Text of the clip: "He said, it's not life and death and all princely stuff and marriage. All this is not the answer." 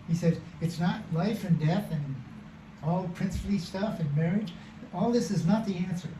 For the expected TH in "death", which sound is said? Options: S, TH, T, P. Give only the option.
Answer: TH